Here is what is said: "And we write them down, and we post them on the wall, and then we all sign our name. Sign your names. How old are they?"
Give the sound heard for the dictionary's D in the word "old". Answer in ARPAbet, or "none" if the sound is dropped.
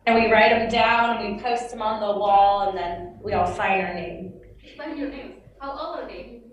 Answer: none